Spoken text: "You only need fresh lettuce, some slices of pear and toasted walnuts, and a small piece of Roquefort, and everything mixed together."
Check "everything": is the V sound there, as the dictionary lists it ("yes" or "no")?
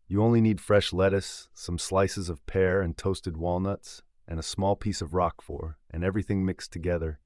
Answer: yes